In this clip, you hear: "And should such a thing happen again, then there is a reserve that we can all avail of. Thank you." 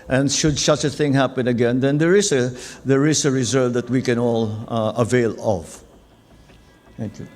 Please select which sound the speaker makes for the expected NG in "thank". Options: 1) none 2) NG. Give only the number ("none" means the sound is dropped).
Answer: 1